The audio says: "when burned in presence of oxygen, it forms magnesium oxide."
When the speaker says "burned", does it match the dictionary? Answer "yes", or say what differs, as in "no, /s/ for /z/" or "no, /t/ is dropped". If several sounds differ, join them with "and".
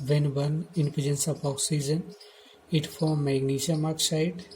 no, /d/ is dropped